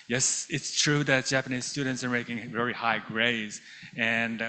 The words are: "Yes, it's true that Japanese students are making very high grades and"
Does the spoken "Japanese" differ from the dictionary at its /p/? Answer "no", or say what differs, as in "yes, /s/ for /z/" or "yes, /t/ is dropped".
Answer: no